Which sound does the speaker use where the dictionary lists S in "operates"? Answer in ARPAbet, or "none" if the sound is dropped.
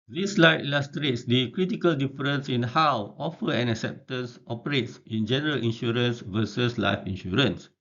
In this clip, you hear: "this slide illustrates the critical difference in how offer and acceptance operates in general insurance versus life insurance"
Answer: S